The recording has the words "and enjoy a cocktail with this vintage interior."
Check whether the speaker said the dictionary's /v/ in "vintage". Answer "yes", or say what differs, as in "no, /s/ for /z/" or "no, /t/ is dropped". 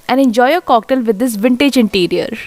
yes